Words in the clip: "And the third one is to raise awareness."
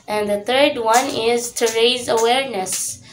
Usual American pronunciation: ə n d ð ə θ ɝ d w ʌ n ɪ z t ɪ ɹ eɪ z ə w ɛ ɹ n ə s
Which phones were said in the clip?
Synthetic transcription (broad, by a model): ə n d ð ə θ ɝ d w ʌ n ɪ z t ɪ ɹ eɪ z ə w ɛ ɹ n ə s